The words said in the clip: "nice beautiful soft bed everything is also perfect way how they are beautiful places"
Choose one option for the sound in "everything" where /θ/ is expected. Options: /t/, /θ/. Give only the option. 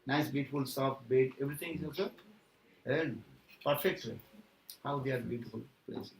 /t/